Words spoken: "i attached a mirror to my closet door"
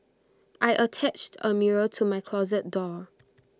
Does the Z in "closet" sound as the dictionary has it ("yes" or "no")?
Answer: yes